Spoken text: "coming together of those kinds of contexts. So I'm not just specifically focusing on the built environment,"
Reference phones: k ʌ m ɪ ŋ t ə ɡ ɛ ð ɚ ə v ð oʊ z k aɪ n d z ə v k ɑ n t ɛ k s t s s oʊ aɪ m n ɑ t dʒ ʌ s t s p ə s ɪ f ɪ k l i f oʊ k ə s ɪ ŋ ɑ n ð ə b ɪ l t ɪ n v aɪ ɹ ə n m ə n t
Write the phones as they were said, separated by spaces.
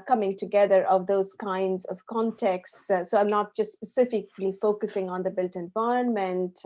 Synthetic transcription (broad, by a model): k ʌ m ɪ ŋ t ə ɡ ɛ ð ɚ ə v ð oʊ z k aɪ n d z ə v k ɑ n t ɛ k s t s s oʊ aɪ m n ɑ t dʒ ʌ s t s p ə s ɪ f ɪ k l i f oʊ k ə s ɪ ŋ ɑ n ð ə b ɪ l t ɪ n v aɪ ɹ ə n m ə n t